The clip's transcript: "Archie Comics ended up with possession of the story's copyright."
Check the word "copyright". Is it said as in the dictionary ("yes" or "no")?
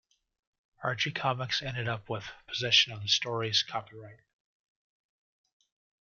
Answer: yes